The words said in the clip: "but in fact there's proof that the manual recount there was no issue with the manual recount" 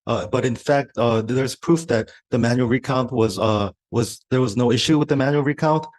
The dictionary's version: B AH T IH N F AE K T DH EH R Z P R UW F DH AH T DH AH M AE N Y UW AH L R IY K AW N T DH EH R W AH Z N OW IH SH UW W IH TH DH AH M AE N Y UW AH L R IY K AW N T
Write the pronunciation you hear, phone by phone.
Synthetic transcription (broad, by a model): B AH T IH N F AE K T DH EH R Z P R UW F DH AH T DH AH M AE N Y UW L R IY K AW N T DH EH R W AH Z N OW IH SH UW W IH DH AH M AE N Y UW L R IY K AW N T